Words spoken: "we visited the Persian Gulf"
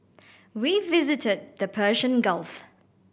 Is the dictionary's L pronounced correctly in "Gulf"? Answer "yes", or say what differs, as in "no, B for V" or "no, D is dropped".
yes